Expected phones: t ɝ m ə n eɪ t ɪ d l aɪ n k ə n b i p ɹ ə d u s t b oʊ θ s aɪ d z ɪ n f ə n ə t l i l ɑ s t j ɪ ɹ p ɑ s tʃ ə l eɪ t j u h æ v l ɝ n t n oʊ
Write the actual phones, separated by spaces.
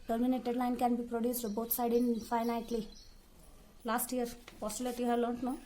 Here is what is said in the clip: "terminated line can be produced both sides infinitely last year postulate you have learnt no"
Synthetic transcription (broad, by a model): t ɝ m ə n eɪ t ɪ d l aɪ n k ə n b i p ɹ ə d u s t b oʊ t s aɪ d ɪ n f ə n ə t l i l ɑ s t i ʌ ɹ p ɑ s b l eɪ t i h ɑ l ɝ n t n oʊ